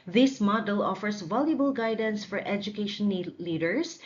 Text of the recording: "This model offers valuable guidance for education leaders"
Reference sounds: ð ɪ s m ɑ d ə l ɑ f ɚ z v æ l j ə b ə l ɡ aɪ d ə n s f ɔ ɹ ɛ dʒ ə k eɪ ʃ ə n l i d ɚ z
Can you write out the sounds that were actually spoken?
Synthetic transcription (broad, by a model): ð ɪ s m ɑ d ə l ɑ f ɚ s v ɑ l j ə b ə l ɡ aɪ d ə n s f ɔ ɹ ɛ dʒ ə k eɪ ʃ ə n l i d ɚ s